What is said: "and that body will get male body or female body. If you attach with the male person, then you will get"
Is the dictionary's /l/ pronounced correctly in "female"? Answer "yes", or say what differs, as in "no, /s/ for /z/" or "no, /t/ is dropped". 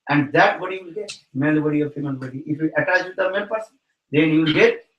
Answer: no, /n/ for /l/